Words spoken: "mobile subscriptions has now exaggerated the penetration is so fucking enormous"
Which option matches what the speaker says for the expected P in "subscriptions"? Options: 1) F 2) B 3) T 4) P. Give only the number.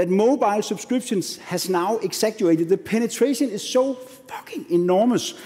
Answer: 2